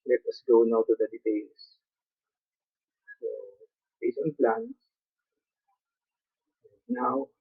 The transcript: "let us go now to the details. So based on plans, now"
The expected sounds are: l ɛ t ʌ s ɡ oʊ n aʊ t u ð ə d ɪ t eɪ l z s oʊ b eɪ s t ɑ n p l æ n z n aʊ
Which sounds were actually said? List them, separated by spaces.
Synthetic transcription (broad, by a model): l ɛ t ʌ s ɡ oʊ n aʊ t u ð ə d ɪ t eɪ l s s oʊ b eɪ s ɑ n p l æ n s n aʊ